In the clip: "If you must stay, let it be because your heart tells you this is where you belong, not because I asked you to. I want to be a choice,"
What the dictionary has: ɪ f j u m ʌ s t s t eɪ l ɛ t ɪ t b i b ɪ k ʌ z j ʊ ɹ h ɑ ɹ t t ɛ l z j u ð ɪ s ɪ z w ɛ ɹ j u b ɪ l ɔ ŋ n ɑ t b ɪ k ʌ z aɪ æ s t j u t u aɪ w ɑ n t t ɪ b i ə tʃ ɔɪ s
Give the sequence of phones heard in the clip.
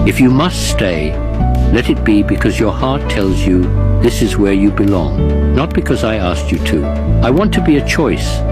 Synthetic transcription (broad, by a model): ɪ f j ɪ m ʌ s t s t eɪ l ɛ t ɪ t b i b ɪ k ʌ z j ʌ ɹ h ɑ ɹ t t ɛ l z j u ð ɪ s ɪ z w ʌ ɹ j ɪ b ɪ l ɔ ŋ n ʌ t b ɪ k ʌ z aɪ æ s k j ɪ t u aɪ w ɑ n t t ɪ b i ə tʃ ɔɪ s